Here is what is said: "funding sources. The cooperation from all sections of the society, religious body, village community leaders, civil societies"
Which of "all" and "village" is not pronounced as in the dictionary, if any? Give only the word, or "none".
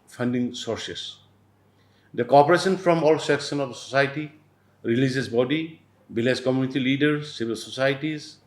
village